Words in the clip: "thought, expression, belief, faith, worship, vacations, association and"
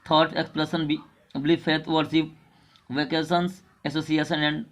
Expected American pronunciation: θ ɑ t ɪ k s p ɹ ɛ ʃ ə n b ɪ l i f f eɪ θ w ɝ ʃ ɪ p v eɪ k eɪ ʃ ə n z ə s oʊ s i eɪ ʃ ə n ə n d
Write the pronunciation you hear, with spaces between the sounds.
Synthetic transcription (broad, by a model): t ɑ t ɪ k s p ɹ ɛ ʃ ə n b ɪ l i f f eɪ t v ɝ s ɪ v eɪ k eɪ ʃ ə n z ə s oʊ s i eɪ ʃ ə n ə n d